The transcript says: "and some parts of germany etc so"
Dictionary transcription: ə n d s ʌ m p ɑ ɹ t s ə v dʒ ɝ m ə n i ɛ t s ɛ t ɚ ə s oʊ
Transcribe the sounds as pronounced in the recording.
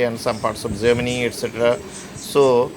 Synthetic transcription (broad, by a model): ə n s ʌ m p ɑ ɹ t s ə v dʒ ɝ m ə n i ɛ t s ɛ t ɚ ə s oʊ